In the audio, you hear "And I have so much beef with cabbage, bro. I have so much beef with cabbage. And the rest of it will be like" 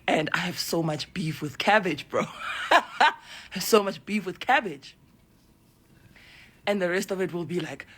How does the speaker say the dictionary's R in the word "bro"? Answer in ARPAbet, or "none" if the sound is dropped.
R